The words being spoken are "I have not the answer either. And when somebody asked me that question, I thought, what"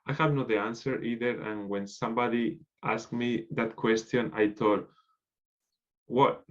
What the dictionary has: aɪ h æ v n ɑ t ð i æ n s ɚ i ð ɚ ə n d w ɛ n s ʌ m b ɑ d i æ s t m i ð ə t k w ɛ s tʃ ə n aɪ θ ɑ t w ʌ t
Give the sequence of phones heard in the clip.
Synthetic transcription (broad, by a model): aɪ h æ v n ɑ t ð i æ n s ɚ i ð ɚ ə n w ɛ n s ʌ m b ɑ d i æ s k m i ð ə t k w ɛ s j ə n aɪ t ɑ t w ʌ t